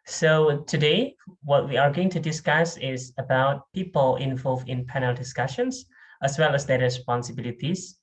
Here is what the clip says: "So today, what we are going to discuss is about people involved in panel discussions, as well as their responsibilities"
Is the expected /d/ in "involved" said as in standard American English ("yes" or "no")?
no